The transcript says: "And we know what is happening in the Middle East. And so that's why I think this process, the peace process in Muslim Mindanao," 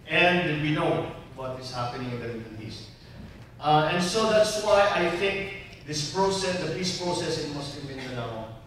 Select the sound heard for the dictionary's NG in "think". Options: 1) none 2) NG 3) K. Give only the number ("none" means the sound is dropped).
2